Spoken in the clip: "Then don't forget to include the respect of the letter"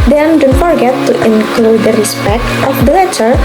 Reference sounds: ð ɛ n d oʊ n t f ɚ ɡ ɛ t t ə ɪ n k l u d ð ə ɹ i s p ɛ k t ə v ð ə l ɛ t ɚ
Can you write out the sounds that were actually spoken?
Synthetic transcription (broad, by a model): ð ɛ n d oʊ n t f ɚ ɡ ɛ t t ɪ n k l u d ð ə ɹ i s p ɛ k t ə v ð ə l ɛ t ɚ